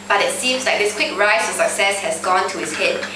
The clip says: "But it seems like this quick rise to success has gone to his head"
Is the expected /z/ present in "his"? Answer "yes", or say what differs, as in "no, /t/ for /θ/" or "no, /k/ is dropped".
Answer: no, /s/ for /z/